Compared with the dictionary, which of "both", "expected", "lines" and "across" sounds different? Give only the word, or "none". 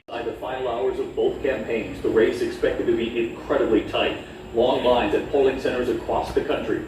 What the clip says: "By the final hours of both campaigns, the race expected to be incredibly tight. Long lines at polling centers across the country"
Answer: none